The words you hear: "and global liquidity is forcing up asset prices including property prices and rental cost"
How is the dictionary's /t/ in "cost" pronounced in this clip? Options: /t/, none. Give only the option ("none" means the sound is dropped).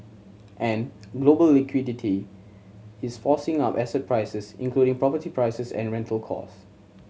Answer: none